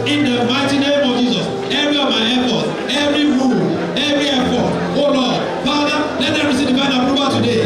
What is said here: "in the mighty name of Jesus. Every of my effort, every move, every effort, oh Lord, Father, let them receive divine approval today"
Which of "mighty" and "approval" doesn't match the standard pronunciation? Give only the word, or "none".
approval